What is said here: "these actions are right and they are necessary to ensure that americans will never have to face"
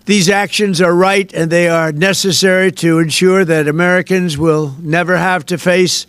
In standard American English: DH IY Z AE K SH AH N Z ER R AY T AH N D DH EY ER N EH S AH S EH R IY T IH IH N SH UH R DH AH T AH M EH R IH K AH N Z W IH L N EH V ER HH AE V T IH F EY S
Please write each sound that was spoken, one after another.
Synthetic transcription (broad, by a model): DH IY Z AE K SH AH N Z ER R AY T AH N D DH EY ER N EH S AH S EH R IY T IH IH N SH UH R DH AH T AH M EH R IH K AH N Z W IH L N EH V ER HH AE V T IH F EY S